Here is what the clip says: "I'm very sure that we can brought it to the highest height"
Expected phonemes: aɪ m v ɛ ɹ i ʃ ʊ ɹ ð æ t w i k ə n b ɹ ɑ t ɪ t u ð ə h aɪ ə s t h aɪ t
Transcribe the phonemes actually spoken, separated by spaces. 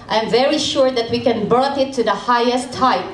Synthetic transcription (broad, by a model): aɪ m v ɛ ɹ i ʃ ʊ ɹ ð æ t w i k ə n b ɑ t ɪ t u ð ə h aɪ ə s t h aɪ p